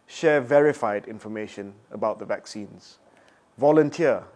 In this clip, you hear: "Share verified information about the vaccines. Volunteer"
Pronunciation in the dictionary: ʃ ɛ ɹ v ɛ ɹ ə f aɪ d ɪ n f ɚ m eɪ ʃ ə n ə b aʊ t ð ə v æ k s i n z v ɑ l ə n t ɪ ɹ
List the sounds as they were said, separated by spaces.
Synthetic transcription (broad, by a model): ʃ ɛ v ɛ ɹ ə f aɪ d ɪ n f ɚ m eɪ ʃ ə n ə b aʊ t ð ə v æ k s i n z v ɑ l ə n t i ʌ